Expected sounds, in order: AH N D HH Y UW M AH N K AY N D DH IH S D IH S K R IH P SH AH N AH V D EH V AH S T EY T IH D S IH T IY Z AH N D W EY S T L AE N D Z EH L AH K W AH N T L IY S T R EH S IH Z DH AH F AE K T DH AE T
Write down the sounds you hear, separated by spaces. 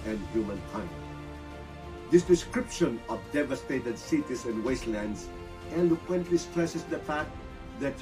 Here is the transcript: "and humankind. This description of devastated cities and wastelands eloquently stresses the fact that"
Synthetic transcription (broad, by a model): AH N D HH Y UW M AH N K AY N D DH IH S D IH S K R IH P SH AH N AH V D EH V AH S T EY T IH D S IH T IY S AH N D W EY S T L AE N D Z EH L AH K W AH N T L IY S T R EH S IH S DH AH F AE K T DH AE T